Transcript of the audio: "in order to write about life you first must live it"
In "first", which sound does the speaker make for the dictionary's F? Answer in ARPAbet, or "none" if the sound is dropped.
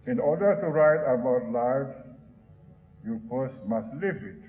P